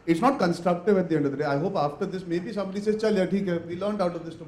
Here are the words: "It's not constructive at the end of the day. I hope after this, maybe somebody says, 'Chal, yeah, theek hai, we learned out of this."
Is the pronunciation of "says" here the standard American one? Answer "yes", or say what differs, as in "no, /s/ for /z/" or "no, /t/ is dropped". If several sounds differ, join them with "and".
no, /z/ is dropped